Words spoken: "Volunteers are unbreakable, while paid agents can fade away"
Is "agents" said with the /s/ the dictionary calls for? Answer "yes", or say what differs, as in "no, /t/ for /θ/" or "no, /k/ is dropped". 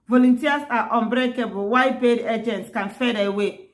yes